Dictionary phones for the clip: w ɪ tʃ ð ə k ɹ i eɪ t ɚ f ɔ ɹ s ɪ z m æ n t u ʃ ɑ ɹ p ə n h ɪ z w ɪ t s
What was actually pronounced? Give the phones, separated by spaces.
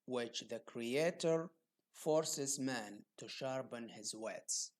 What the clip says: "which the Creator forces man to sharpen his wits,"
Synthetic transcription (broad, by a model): w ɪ tʃ ð ə k ɹ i eɪ t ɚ f ɔ ɹ s ɪ z m æ n t u ʃ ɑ ɹ b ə n h ɪ z w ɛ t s